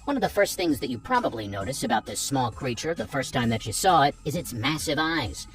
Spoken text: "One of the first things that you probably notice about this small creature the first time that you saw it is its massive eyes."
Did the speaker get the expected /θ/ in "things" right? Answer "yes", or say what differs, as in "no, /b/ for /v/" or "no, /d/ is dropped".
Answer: yes